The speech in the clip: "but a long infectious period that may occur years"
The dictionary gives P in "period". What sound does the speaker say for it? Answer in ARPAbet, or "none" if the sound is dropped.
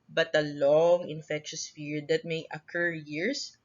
F